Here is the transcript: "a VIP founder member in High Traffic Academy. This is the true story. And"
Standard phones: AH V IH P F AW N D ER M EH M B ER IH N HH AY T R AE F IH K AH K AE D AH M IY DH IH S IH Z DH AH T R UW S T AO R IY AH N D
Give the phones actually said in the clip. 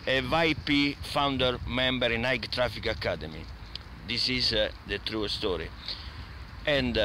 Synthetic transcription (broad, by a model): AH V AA P F AW N D ER M EH M B ER IH N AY T R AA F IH K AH K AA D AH M IY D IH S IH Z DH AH T R UW S T AO R IY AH N D